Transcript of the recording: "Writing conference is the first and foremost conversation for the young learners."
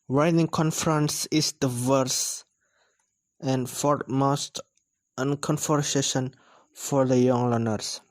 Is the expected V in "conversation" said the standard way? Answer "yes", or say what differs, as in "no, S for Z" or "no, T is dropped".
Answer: no, F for V